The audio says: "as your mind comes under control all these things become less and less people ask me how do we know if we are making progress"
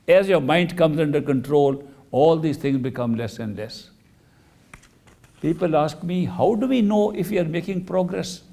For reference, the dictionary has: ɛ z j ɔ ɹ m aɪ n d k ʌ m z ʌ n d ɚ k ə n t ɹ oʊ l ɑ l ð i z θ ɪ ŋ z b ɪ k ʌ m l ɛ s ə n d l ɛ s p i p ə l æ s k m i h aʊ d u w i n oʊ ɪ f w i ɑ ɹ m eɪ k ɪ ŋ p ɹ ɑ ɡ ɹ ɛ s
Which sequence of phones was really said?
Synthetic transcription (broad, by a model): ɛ z j ɔ ɹ m aɪ n d k ʌ m z ʌ n d ɚ k ə n t ɹ oʊ l ɑ l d i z t ɪ ŋ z b ɪ k ʌ m l ɛ s ə n d l ɛ s p i p ə l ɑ s k m i h aʊ d u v i n oʊ ɪ f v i ɑ ɹ m eɪ k ɪ ŋ p ɹ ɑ ɡ ɹ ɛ s